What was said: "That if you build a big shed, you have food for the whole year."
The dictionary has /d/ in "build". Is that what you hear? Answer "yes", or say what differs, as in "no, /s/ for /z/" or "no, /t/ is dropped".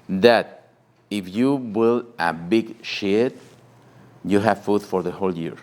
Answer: no, /d/ is dropped